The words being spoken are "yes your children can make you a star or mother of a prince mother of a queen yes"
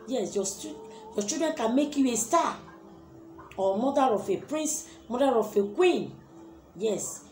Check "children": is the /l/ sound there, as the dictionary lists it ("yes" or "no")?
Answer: no